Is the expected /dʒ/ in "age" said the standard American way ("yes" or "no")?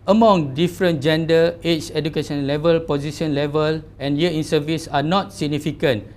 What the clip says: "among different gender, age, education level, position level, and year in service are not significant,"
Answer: no